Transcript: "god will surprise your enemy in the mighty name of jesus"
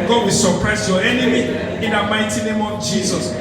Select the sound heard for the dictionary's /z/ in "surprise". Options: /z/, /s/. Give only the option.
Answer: /s/